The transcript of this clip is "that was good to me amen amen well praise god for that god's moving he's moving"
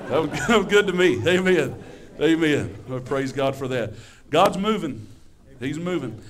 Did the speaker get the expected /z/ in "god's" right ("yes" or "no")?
yes